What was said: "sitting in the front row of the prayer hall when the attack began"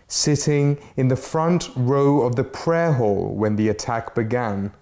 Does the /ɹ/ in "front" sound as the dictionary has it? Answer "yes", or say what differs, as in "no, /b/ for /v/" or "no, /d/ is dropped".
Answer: yes